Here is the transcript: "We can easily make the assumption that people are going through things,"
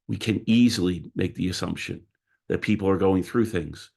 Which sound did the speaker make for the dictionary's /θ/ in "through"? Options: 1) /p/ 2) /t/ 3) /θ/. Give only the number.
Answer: 3